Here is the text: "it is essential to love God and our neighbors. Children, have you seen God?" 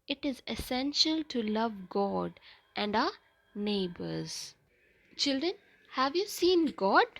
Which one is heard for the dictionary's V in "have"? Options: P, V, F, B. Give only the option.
V